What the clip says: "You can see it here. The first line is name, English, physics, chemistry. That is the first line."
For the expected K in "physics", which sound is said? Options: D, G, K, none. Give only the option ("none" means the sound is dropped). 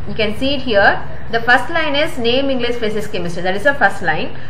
none